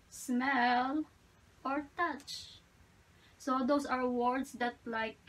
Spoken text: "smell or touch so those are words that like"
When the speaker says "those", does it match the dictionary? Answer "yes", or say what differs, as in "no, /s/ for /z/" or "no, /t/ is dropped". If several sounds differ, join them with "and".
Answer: no, /s/ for /z/